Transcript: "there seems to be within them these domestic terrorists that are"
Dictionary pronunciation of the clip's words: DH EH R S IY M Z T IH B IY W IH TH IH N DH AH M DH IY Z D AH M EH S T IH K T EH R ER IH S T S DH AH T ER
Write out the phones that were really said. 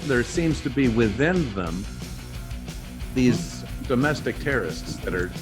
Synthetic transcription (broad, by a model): DH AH R S IY M Z T IH B IY W IH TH IH N DH AH M DH IY Z D AH M EH S T IH K T EH R ER IH S T S DH AH T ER